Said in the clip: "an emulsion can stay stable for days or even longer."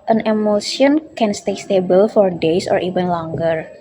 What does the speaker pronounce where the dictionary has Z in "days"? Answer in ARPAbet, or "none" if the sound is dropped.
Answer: S